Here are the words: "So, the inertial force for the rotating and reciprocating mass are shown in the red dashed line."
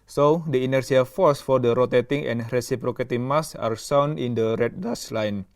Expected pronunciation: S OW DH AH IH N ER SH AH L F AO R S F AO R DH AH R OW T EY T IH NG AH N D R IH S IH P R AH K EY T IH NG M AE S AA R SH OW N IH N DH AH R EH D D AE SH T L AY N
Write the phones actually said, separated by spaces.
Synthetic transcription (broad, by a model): S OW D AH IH N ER S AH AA F AO R S F AO R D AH R OW T EY T IH NG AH N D R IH S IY P R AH K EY T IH M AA S AA R S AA N IH N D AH R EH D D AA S L AY N